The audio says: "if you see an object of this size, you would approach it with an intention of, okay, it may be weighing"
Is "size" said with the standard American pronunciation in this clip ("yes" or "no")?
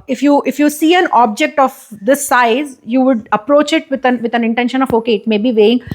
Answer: yes